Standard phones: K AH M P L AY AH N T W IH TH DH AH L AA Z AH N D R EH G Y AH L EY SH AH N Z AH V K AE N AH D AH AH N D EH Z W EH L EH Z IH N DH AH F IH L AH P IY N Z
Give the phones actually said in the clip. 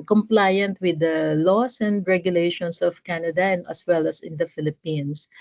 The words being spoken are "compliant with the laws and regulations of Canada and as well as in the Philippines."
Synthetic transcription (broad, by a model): K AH M P L AY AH N T W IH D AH L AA S AH N D R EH G Y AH L EY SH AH N S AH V K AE N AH D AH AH N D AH S W EH L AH S IH N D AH F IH L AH P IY N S